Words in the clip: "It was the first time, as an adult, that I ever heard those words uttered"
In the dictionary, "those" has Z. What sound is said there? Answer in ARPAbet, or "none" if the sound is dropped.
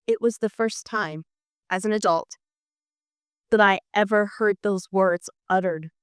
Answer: Z